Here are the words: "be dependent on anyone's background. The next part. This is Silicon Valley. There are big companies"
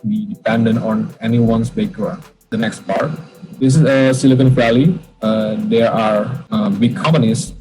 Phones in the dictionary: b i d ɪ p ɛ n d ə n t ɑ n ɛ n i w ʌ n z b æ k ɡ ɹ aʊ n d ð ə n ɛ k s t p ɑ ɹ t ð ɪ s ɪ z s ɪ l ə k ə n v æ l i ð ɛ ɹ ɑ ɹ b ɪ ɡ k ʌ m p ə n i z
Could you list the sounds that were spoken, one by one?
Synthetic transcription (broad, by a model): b i d ɪ p ɛ n d ə n t ɑ n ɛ n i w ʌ n s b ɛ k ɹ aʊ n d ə n ɛ k s t p ɑ ɹ t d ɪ s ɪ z s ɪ l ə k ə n f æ l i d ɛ ɹ ɑ ɹ b ɪ ɡ k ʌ m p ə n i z